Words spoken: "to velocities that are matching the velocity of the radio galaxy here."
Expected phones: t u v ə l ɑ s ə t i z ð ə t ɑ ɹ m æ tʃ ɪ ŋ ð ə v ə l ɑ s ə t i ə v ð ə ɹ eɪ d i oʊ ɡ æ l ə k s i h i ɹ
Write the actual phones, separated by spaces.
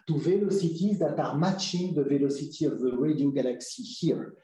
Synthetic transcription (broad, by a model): t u v ə l ɑ s ə t i z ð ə t ɑ ɹ m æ tʃ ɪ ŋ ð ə v ə l ɑ s ə t i ə v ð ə ɹ eɪ d i oʊ ɡ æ l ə k s i h i ɹ